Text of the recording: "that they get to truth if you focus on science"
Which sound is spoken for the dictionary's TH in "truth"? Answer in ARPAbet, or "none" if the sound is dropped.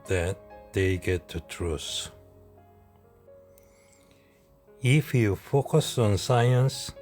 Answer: S